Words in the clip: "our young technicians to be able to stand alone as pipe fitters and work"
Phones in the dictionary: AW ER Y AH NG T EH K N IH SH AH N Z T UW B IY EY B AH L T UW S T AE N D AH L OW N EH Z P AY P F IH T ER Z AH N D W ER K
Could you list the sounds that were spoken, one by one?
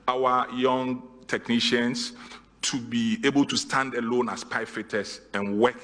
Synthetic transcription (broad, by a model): AW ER Y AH NG T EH K N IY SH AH N S T UW B IY EY B AH L T UW S T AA N D AH L OW N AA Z P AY F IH T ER S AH N W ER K